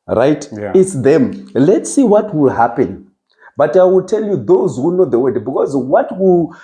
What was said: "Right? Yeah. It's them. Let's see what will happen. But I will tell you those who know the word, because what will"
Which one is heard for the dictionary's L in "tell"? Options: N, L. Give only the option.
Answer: L